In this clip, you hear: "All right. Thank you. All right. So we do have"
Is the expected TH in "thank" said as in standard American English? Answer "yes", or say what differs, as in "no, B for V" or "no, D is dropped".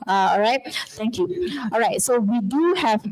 no, T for TH